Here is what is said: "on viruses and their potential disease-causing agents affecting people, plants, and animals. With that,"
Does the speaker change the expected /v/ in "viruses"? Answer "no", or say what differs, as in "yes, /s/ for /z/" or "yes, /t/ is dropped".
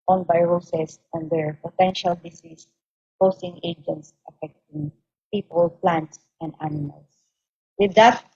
yes, /b/ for /v/